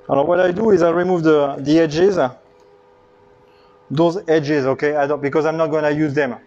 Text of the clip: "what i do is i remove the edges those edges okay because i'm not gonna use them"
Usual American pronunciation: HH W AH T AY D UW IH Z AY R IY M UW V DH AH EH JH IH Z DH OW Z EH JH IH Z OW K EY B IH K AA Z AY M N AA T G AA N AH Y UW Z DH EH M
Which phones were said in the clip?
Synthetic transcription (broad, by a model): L W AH T AY D UW IH Z AY R IY M UW V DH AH EH JH IH Z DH OW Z EH JH IH Z OW K EY B IH K AA Z AY M N AA T G AA N AH Y UW Z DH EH M